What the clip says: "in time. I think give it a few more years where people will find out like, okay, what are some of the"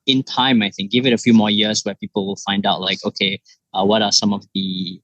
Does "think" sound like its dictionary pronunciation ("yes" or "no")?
yes